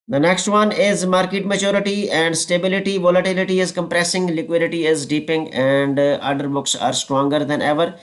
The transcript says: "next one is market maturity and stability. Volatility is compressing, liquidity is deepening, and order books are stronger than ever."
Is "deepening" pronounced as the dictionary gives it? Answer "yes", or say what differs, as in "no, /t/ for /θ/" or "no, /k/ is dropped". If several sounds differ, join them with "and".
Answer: no, /n/ is dropped